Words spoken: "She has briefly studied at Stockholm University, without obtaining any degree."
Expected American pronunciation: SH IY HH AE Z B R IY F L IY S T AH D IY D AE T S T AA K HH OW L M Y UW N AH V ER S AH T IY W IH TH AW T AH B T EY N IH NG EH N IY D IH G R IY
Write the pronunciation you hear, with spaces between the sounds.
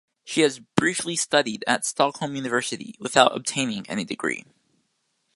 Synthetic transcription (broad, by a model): SH IY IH Z B R IY F L IY S T AH D IY D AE T S T AA K HH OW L M Y UW N AH V ER S AH T IY W IH TH AW T AH B T EY N IH NG EH N IY D IH G R IY